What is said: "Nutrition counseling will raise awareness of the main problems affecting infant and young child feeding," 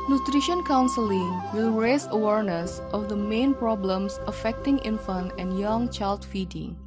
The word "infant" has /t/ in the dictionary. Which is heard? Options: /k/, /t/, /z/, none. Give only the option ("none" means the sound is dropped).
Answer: none